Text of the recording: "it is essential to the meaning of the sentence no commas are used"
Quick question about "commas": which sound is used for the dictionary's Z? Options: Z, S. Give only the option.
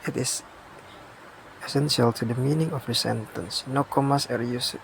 S